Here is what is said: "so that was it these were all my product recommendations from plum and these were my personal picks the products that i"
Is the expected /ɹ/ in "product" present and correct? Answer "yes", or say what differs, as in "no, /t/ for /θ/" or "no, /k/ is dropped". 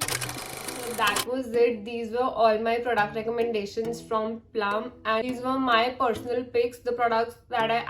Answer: yes